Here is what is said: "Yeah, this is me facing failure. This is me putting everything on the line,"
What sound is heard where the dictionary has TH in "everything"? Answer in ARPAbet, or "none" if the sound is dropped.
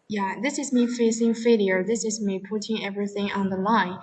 TH